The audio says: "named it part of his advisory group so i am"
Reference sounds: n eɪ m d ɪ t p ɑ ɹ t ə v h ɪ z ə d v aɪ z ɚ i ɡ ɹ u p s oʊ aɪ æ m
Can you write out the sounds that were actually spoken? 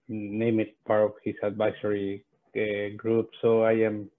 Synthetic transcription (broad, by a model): n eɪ m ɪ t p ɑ ɹ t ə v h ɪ s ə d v aɪ s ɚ i ɡ ɹ u p s oʊ aɪ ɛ m